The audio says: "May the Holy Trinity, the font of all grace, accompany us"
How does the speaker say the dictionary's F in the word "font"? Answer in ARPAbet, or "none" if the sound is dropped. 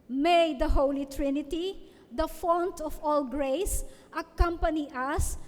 F